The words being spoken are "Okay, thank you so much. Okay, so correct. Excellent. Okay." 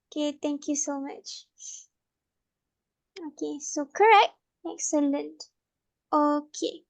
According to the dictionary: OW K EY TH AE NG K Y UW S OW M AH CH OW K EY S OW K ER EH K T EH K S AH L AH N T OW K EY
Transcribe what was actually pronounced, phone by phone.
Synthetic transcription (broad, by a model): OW K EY T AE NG K Y UW S OW M AH CH OW K EY S OW K ER EH K T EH K S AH L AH N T OW K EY